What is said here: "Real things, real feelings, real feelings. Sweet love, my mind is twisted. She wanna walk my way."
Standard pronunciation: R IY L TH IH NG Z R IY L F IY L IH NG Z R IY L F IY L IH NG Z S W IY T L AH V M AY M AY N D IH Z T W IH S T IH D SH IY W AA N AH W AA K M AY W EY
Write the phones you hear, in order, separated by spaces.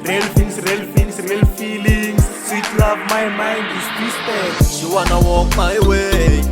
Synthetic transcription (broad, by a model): R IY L F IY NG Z R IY L F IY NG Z R IY L F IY L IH NG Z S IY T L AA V M AY M AY N D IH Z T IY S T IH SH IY W AA N AH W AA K M AY W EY